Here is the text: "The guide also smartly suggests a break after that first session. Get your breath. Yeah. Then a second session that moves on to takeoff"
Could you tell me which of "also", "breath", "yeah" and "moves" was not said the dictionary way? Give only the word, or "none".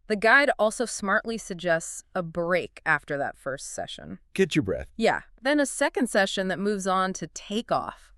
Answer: none